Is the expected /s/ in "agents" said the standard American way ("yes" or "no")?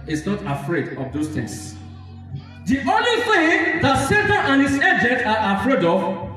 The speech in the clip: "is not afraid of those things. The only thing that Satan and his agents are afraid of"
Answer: no